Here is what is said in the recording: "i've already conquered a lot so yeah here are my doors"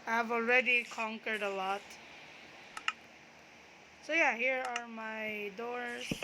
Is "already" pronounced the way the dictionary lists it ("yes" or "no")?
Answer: yes